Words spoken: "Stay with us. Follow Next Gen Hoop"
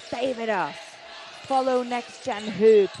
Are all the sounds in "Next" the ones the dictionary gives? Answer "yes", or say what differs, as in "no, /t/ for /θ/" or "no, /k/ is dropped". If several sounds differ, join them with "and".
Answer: yes